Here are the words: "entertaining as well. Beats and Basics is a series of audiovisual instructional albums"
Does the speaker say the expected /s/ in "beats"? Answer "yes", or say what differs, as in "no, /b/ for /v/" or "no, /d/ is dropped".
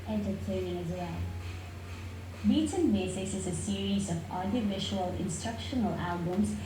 no, /s/ is dropped